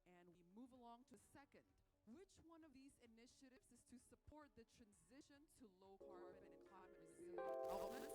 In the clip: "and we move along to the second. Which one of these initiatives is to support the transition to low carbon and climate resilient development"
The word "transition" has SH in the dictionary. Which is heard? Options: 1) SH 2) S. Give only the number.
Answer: 1